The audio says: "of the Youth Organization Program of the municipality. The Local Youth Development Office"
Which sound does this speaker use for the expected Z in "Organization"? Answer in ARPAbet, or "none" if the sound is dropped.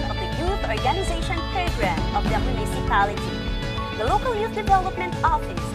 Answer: Z